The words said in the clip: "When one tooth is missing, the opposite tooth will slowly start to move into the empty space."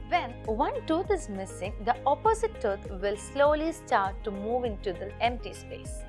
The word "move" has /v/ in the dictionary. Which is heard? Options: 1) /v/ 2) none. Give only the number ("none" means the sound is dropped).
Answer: 1